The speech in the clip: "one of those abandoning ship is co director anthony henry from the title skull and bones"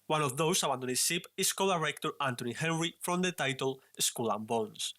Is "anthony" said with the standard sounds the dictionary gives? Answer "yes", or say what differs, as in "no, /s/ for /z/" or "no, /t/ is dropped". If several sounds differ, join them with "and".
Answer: no, /t/ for /θ/